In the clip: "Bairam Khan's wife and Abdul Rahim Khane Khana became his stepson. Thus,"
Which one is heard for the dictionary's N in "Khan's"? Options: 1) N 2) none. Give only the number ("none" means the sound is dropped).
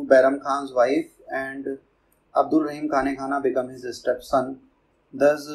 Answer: 1